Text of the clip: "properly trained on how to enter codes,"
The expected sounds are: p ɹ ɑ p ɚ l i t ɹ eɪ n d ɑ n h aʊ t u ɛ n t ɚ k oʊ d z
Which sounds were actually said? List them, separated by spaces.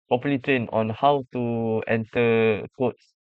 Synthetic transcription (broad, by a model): p ɹ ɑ p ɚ l i t ɹ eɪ n ɑ n h aʊ t u ɛ n t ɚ k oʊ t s